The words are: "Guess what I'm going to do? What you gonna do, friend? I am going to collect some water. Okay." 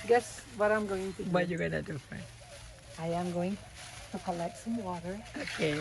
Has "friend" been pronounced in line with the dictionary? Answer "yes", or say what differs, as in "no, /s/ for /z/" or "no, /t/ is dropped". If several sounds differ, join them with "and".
no, /d/ is dropped